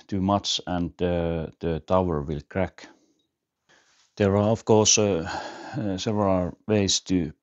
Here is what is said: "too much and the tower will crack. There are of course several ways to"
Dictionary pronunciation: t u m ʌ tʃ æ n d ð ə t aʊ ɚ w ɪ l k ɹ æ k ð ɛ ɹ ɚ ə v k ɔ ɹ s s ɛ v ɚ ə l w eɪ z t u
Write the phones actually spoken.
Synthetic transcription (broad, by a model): t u m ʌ s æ n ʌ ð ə t aʊ ɚ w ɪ l k ɹ æ k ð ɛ ɹ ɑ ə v k ɔ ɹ s s ɛ v ɚ ə l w eɪ s t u